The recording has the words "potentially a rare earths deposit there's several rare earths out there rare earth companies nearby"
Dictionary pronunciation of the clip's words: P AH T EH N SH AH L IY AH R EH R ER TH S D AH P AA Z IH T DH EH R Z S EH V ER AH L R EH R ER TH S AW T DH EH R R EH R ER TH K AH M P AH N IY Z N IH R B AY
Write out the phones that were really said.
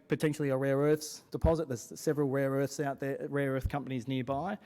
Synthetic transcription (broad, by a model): P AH T EH N SH L IY AH R EH R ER TH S D AH P AA Z IH T DH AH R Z S EH V ER AH L R EH R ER TH S AW T DH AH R R EH R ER TH K AH M P AH N IY Z N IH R B AY